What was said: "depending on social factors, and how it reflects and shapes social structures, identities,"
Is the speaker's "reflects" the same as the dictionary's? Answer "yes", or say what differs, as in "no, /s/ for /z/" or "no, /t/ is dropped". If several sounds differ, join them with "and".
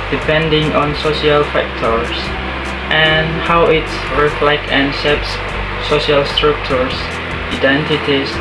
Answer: no, /s/ is dropped